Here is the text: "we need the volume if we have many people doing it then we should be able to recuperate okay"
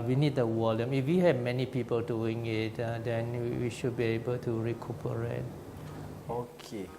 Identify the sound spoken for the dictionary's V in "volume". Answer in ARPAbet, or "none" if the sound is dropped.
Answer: W